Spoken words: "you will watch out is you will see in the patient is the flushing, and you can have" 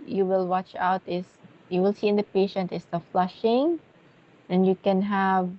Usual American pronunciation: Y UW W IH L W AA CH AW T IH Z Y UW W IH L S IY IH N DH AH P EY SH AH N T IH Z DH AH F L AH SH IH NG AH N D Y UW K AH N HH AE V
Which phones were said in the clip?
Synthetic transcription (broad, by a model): Y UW W IH L W AA CH AW T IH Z Y UW W IH L S IY IH N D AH P EY SH AH N T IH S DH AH F L AH SH IH NG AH N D Y UW K AH N HH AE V